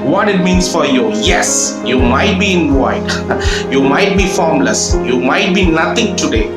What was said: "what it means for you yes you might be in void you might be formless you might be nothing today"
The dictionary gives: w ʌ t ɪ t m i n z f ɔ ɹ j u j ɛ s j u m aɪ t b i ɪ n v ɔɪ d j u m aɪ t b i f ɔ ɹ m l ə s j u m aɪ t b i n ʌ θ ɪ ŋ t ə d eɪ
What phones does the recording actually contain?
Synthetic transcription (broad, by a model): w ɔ t ɪ t m i n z f ɔ ɹ j u j ɛ s j u m aɪ t b i ɪ n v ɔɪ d j u m aɪ t b i f ɔ ɹ m l ə s j u m aɪ t b i n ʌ t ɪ ŋ t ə d eɪ